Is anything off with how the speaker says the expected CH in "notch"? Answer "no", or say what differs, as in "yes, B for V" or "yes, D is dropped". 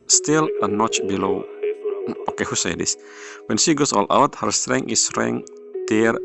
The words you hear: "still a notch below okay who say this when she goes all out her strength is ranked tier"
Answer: no